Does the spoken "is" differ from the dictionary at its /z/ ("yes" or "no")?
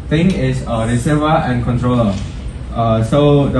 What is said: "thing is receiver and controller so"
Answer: yes